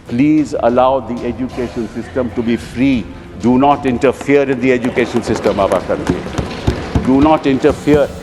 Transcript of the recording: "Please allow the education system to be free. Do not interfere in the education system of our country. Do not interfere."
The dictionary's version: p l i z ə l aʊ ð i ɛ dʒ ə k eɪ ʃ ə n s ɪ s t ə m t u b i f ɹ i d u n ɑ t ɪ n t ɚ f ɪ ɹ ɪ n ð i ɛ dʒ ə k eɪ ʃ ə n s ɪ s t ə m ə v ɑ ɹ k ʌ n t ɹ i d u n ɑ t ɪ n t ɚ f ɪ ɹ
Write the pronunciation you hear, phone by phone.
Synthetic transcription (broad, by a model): p l i z ə l aʊ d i ɛ dʒ ə k eɪ ʃ ə n s ɪ s t ə m t u b i f ɹ i d u n ɑ t ɪ n t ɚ f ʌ ɹ ɪ n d i ɛ dʒ ə k eɪ ʃ ə n s ɪ s t ə m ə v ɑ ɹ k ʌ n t i d u n ɑ t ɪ n t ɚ f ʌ ɹ